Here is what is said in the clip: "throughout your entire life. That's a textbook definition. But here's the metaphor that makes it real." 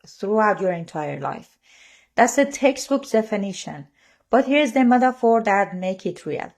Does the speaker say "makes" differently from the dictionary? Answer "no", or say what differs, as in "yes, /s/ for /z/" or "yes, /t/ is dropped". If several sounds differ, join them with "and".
yes, /s/ is dropped